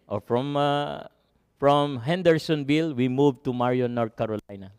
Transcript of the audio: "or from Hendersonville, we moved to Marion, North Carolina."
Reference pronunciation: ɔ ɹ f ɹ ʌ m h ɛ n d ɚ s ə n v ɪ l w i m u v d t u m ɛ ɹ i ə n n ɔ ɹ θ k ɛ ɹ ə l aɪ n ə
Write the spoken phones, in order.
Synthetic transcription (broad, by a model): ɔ ɹ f ɹ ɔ m h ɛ n d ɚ s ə n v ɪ l w i m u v t u m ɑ ɹ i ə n n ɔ ɹ t k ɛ ɹ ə l aɪ n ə